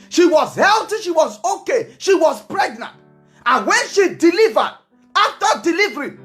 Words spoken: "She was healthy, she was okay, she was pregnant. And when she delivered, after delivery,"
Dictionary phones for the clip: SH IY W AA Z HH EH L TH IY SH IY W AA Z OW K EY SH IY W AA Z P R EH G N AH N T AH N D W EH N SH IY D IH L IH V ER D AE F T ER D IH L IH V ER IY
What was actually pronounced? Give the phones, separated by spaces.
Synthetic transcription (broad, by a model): SH IY W AA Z HH EH L T IY SH IY W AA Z OW K EY SH IY W AA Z P R EH G N AH N T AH N W EH N SH IY D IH L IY V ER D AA F T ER D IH L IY V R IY